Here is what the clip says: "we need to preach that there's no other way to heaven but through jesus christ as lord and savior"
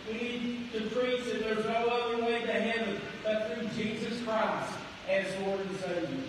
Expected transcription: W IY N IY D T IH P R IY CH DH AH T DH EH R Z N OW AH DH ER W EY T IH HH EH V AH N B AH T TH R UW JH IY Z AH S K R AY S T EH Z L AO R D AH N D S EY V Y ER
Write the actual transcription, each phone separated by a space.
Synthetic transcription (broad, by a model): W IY N IY D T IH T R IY S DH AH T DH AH R Z N OW AH DH ER W EY T IH HH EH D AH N B AH T TH R UW JH IY Z AH S K R AY S T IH Z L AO R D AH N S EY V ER